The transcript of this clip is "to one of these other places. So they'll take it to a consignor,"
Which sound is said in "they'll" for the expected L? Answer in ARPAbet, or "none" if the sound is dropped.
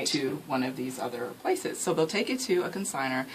L